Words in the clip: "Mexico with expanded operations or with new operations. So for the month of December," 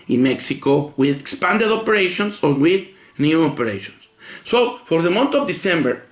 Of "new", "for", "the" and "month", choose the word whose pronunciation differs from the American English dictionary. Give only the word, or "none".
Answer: month